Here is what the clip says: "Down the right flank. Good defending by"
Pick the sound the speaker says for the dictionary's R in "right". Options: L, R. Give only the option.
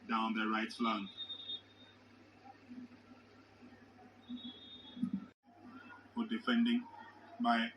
R